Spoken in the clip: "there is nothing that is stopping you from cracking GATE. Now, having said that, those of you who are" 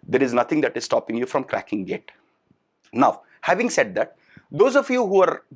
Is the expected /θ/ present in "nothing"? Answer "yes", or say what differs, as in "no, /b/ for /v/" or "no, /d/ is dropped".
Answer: no, /t/ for /θ/